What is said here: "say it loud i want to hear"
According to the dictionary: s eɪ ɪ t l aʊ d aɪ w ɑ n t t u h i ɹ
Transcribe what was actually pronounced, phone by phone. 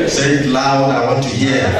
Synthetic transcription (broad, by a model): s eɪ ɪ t l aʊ aɪ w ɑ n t t u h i